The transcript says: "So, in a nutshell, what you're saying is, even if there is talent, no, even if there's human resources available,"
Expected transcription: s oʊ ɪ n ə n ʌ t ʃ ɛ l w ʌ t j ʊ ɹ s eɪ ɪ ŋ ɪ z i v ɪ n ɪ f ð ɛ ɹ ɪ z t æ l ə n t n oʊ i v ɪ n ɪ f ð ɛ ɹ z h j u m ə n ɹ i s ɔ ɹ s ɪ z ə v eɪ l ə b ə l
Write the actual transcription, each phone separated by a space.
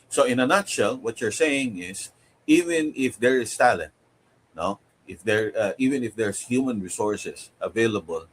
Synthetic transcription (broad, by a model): s oʊ ɪ n ə n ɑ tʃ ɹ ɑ l w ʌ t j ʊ ɹ s eɪ ɪ ŋ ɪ s i v ɪ n ɪ f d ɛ ɹ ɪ s t æ l ə n t n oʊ i v ɪ n ɪ f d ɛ ɹ s h j u m ə n ɹ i s ɔ ɹ s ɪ s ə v eɪ l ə b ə l